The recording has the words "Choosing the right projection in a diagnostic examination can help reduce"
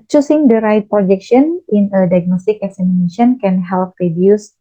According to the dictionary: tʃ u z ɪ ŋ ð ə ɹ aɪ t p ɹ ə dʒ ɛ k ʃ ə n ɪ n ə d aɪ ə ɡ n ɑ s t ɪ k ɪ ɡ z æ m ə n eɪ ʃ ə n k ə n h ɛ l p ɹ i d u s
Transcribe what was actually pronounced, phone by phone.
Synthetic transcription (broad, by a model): tʃ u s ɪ ŋ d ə ɹ aɪ t p ɹ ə dʒ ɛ k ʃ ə n ɪ n ə d aɪ ə ɡ n ɑ s t ɪ k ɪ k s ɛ m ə n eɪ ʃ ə n k ə n h ɛ l p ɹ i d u s